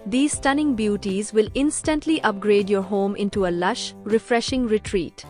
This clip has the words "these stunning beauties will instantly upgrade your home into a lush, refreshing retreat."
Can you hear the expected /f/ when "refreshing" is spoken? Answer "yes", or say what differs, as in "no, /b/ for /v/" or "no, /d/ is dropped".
yes